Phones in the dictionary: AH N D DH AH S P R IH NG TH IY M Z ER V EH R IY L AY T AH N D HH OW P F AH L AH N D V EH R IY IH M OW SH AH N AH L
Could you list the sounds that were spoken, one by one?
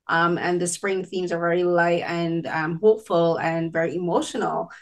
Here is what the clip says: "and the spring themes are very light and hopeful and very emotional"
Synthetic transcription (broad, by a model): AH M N DH AH S P R IH NG TH IY M Z ER V EH R IY L AY T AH N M HH OW P F AH L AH N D V EH R IY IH M OW SH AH N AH L